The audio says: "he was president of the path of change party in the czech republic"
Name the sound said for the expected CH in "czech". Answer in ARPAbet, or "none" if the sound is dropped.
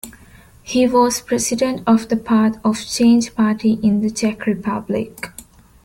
CH